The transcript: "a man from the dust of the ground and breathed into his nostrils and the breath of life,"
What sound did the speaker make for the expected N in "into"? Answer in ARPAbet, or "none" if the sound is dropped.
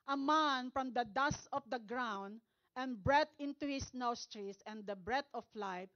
N